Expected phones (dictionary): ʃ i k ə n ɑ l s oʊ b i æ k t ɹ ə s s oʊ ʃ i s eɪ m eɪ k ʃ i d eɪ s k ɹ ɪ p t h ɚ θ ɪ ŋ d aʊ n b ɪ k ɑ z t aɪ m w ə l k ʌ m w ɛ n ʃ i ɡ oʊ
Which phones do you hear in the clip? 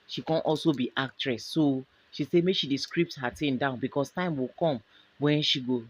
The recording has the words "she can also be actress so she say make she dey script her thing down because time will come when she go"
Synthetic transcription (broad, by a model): ʃ i k ə n ɑ l s oʊ b i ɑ k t ɹ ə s s oʊ ʃ i s eɪ m eɪ k ʃ i d eɪ s k ɹ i p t h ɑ t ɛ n d aʊ n b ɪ k ɑ s t aɪ m w ə l k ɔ m w ɛ n ʃ i ɡ oʊ